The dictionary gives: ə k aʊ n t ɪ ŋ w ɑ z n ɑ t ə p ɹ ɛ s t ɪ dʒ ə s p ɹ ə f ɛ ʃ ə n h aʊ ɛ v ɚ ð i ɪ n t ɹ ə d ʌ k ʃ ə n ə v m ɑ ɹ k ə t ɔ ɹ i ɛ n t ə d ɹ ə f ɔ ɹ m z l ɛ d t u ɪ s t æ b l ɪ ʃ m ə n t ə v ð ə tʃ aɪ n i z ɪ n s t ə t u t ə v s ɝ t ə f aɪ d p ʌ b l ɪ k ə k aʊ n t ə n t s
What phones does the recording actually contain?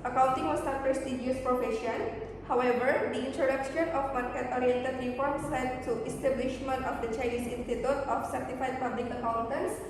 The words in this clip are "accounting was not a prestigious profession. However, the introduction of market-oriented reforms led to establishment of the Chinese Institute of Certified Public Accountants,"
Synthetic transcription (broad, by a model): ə k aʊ n t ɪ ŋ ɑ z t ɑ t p ɹ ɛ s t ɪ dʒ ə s p ɹ ə f ɛ ʃ ə n h aʊ ɛ v ɚ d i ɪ n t ɹ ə d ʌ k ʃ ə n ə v m ɑ ɹ k ə t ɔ ɹ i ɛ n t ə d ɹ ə p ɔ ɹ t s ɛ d t u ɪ s t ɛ b l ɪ ʃ m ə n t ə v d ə tʃ aɪ n i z ɪ n s t ə t u t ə f s ɝ t ə f aɪ d p ʌ b l ɪ k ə k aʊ n t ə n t s